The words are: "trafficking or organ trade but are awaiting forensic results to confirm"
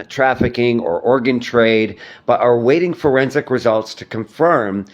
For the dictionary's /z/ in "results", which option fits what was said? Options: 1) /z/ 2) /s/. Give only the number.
1